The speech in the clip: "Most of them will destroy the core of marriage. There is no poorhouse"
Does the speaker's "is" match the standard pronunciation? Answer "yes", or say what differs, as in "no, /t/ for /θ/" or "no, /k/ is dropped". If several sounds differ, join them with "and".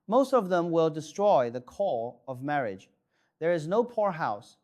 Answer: yes